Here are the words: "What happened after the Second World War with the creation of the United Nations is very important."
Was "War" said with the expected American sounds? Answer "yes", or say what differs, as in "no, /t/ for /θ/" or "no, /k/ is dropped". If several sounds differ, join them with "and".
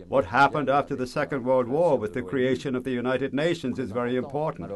yes